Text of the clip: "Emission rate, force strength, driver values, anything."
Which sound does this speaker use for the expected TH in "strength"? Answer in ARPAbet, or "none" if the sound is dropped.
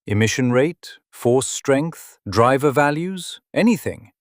TH